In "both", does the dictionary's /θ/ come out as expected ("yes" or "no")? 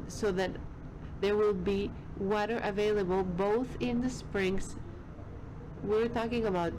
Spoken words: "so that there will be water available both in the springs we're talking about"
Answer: yes